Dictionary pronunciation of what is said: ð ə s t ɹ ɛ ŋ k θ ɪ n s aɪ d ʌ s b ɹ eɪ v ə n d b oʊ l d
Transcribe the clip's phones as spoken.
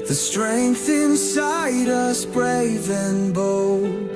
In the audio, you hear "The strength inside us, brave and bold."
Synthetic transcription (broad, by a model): ð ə s t ɹ ɛ ŋ k θ ɪ n s aɪ d ʌ s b ɹ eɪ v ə n b oʊ l